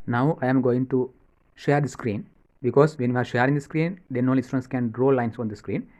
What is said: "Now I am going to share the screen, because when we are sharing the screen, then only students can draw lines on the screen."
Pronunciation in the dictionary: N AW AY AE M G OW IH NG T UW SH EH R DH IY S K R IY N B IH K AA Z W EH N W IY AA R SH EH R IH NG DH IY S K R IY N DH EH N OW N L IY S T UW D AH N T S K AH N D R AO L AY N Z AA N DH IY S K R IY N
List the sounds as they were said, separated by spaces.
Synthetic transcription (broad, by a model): N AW AY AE M G OW IH NG T UW SH EH R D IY S K R IY N B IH K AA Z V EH N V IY AA R SH EH R IH NG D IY S K R IY N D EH N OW L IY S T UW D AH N S K AH N D R AO L AY N S AA N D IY S K R IY N